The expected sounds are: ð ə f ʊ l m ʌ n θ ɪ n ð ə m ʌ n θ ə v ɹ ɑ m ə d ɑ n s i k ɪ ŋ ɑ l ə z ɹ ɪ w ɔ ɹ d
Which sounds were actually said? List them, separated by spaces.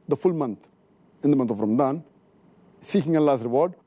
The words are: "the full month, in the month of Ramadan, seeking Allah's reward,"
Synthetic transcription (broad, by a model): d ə f ʊ l m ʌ n t ɪ n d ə m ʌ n t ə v ɹ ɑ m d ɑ n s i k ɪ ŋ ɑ l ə s ɹ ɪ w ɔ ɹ d